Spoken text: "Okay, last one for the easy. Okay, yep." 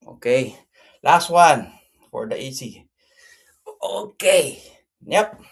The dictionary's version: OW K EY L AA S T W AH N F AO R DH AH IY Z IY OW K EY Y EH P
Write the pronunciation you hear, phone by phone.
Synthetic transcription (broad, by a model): OW K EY L AA S T W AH N F AO R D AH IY S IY OW K EY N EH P